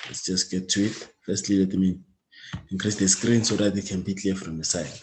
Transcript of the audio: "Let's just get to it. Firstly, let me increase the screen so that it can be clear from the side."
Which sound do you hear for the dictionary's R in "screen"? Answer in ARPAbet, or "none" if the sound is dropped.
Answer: R